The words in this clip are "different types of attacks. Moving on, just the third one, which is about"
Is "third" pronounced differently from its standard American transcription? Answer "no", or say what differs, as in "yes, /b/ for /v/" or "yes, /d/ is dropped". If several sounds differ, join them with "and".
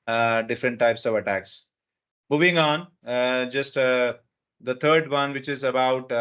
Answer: yes, /t/ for /θ/